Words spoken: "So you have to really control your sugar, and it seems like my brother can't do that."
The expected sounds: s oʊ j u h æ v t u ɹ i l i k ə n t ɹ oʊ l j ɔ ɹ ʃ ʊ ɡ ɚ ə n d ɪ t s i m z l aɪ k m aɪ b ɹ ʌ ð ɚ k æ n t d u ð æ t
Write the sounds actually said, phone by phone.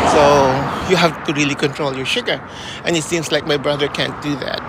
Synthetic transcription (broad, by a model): s oʊ j u h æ f t u ɹ i l i k ə n t ɹ oʊ l j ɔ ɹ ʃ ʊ ɡ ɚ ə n ɪ t s i m s l aɪ k m aɪ b ɹ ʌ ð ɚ k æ n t d u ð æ t